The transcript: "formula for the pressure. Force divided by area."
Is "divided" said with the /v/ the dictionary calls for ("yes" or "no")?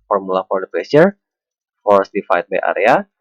no